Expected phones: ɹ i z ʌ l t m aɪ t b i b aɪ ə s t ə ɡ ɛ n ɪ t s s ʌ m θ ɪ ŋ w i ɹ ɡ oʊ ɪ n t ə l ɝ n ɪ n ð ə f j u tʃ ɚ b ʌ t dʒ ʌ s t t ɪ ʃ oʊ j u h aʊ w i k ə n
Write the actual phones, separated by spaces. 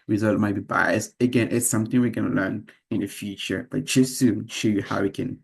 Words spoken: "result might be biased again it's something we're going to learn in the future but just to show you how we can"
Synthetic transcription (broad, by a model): ɹ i z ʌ l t m aɪ t b i b aɪ ə s t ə ɡ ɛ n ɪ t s s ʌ m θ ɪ ŋ w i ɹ ɡ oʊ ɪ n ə l ɝ n ɪ n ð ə f j u tʃ ɚ b ʌ t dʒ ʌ s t t ɪ ʃ oʊ j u h aʊ w i k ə n